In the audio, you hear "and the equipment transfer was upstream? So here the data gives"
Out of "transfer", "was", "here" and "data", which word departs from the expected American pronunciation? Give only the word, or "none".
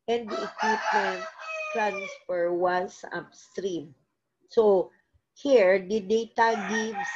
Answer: was